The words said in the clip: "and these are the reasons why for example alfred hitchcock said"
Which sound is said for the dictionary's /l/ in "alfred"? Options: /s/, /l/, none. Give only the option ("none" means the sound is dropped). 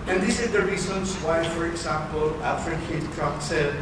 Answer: none